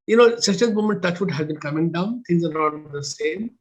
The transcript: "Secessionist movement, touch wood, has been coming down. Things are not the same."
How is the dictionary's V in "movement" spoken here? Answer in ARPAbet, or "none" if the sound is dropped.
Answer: none